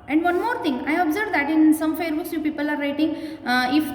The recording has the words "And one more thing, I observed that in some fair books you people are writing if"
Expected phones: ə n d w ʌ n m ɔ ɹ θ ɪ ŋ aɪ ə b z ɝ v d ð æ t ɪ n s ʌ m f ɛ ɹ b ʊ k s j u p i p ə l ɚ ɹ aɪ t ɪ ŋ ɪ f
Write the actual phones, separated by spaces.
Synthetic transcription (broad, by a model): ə n d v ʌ n m ɔ ɹ t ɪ ŋ aɪ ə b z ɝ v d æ t ɪ n s ʌ m f ɛ ɹ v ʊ s j u p i p ə l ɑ ɹ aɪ t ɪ ŋ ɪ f